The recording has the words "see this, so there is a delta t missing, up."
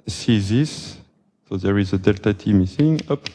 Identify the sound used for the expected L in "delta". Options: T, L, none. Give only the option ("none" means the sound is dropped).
L